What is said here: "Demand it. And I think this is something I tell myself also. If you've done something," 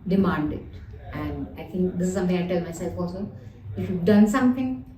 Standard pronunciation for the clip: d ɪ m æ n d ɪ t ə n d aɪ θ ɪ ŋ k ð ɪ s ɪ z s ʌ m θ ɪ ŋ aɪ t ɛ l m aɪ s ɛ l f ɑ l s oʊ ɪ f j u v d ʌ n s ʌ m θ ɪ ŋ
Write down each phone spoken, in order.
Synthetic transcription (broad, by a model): d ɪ m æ n d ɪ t ə n d aɪ t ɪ ŋ k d ɪ s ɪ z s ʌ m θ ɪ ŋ aɪ t ɛ l m aɪ s ɛ l f ɑ l s oʊ ɪ f j u v d ʌ n s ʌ m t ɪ ŋ